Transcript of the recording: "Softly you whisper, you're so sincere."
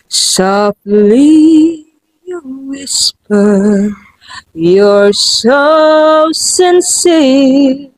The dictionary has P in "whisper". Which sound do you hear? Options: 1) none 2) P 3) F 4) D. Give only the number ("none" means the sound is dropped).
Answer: 2